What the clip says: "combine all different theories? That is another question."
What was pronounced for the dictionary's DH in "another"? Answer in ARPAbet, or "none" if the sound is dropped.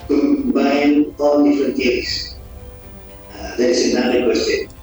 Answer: none